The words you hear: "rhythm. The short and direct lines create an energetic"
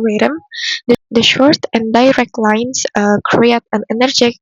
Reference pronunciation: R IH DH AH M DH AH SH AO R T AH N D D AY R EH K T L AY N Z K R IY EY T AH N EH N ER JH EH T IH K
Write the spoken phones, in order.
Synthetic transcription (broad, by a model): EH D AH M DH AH SH AO R T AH N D D AY R EH K T L AY N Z K R IY EY T AH N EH N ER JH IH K